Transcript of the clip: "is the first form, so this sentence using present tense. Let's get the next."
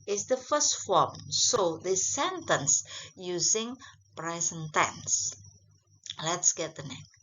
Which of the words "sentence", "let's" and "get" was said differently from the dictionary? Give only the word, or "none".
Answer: none